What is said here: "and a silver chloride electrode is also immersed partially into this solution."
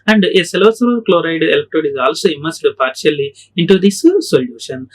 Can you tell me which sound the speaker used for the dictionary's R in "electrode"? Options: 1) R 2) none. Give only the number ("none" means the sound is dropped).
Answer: 2